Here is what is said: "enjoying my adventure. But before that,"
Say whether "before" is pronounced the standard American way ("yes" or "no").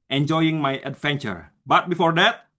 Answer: yes